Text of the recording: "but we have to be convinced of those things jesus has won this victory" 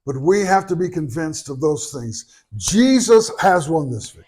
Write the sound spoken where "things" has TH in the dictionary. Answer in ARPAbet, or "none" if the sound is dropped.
TH